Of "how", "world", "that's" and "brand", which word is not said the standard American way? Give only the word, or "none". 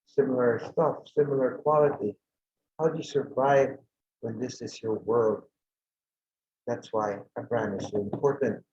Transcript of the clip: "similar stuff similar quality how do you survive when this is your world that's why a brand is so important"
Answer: brand